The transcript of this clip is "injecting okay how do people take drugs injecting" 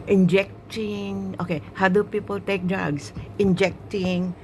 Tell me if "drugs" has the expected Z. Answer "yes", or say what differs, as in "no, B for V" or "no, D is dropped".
no, S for Z